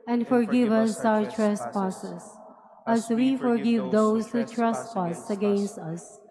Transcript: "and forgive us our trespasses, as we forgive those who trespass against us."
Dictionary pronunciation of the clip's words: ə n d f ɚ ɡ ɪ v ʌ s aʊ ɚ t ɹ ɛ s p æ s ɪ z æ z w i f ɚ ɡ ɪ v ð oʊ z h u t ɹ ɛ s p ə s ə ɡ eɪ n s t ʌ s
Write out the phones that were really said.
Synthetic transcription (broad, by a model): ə n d f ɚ ɡ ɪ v ʌ s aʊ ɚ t ɹ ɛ s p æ s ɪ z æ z w i f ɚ ɡ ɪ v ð oʊ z h u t ɹ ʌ s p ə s ə ɡ eɪ n s t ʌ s